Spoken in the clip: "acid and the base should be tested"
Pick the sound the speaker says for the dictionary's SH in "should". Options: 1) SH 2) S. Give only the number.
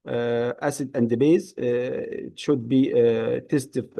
1